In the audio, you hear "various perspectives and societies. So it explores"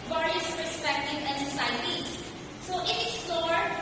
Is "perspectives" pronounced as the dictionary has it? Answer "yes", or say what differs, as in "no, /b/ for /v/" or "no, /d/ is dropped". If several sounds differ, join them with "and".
no, /z/ is dropped